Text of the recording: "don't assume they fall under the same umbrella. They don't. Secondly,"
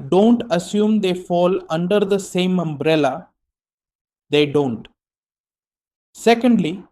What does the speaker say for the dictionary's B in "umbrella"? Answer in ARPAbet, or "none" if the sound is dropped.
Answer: B